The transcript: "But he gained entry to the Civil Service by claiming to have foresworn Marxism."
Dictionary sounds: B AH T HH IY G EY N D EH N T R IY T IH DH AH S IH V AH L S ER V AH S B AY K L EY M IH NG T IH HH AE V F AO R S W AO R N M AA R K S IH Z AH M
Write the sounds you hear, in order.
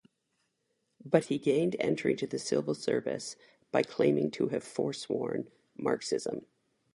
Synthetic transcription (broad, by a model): B AH T HH IY G EY N D EH N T R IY T IH DH AH S IH V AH L S ER V AH S B AY K L EY M IH NG T IH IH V F AO R S W AO R N M AA R K S IH Z AH M